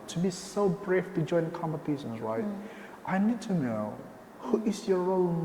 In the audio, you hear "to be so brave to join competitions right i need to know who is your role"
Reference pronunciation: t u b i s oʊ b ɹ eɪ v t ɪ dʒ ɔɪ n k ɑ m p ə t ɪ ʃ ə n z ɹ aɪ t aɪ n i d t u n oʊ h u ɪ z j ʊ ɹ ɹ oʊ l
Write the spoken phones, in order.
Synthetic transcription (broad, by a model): t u b i s oʊ b ɹ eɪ f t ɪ dʒ ɔɪ n k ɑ m p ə t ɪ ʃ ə n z ɹ aɪ t aɪ n i d t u n oʊ h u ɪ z j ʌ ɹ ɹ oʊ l